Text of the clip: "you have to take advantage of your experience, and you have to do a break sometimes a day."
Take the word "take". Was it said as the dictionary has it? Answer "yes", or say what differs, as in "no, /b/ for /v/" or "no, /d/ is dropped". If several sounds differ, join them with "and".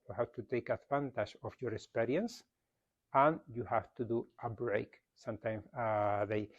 yes